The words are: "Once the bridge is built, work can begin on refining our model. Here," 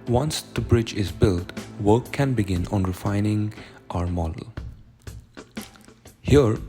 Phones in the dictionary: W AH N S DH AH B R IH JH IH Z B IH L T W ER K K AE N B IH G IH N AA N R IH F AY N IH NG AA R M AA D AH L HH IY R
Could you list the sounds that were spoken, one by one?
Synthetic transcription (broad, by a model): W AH N S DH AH B R IH JH IH Z B IH L T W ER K K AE N B IH G IH N AA N R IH F AY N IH NG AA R M AA D AH L HH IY R